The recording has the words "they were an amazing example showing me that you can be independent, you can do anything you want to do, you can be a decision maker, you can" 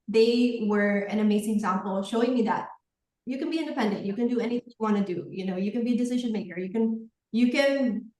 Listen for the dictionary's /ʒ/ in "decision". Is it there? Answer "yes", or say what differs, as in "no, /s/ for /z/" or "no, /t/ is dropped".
yes